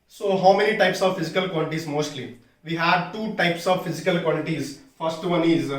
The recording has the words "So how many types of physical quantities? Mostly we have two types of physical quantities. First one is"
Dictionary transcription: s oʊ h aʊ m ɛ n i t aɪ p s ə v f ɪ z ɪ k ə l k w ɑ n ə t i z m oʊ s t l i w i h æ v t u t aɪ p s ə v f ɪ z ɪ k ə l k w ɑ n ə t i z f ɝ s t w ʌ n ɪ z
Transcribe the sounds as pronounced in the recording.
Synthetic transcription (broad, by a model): s oʊ h aʊ m ɛ n i t aɪ p s ə v f ɪ z ɪ k ə l k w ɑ l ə t i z m oʊ s t l i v i h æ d t u t aɪ p s ə v f ɪ z ɪ k ə l k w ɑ l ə t i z f ɝ s t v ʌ n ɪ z